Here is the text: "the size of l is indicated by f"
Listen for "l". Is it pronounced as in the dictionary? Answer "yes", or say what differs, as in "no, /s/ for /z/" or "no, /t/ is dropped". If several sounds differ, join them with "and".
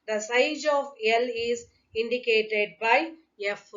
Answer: yes